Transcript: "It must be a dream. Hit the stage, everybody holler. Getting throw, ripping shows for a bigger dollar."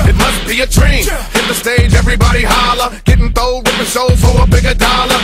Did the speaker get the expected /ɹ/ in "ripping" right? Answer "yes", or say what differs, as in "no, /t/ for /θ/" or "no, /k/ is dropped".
no, /w/ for /ɹ/